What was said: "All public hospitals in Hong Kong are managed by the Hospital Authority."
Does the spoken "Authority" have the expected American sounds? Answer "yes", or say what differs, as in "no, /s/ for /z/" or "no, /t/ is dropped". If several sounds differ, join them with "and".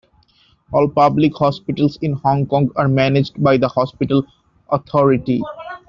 no, /t/ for /θ/